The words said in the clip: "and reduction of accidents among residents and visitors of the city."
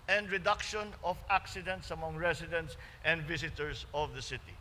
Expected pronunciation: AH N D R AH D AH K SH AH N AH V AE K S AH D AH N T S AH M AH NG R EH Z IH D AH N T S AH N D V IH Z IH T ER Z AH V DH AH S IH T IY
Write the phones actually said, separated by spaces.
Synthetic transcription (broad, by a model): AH N D R AH D AH K SH AH N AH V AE K S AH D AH N T S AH M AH NG R EH S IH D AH N T S AH N D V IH S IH T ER S AH V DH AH S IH T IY